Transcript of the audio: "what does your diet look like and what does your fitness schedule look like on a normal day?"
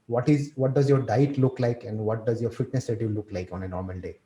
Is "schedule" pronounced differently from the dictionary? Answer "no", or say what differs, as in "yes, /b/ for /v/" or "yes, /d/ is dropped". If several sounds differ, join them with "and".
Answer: yes, /k/ is dropped